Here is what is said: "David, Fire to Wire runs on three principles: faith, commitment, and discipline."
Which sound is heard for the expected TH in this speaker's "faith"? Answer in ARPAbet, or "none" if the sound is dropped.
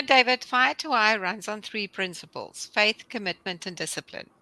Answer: TH